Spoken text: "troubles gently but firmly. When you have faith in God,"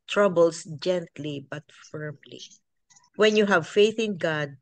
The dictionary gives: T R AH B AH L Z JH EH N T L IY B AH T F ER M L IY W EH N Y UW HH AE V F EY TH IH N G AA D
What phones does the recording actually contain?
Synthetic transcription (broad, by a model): T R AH B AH L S JH EH N T L IY B AH T F ER M L IY W EH N Y UW HH AE V F EY TH IH N G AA D